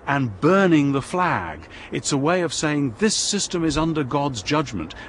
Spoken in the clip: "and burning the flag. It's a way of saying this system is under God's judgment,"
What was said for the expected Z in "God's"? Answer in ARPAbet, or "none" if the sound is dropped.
Z